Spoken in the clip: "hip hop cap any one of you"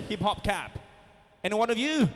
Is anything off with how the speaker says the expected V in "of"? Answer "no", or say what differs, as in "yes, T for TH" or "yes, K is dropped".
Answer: no